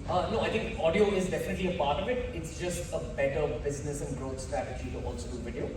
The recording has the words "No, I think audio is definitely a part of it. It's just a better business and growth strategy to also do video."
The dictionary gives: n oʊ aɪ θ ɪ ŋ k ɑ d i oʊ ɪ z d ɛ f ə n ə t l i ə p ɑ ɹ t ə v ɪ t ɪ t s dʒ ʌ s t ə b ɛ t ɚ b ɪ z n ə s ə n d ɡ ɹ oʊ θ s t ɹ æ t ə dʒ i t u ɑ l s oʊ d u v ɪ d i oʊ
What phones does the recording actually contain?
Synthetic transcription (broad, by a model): n oʊ aɪ t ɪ ŋ k ɑ d i oʊ ɪ z d ɛ f ə n ə t l i ə p ɑ ɹ t ə v ɪ t ɪ t s dʒ ʌ s t ə b ɛ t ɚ b ɪ z n ə s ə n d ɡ ɹ oʊ t s t ɹ æ t ə dʒ i t u ɑ l s oʊ d u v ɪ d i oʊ